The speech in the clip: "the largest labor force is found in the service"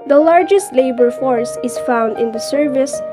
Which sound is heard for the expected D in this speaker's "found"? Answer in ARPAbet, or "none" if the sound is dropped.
D